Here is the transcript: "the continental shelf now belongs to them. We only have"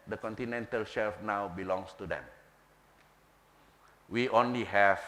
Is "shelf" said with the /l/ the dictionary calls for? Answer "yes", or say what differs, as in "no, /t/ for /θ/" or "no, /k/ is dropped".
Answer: yes